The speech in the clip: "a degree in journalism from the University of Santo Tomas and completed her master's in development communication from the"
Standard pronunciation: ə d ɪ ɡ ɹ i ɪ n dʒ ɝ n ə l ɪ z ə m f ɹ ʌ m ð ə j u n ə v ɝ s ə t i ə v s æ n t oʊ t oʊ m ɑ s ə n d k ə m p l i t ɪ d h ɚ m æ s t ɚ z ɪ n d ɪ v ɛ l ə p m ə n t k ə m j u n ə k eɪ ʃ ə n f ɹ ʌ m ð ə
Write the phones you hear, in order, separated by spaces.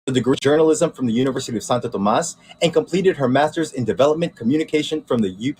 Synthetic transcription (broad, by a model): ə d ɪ ɡ ɹ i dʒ ɝ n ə l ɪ z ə m f ɹ ʌ m ð ə j u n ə v ɝ s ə t i ə v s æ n t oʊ t oʊ m ɑ s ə n k ə m p l i t ɪ d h ɚ m æ s t ɚ z ɪ n d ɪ v ɛ l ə p m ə n k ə m j u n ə k eɪ ʃ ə n f ɹ ʌ m ð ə